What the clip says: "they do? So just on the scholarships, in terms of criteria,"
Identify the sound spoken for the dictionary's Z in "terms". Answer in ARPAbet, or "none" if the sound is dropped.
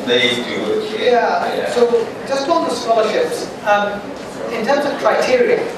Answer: Z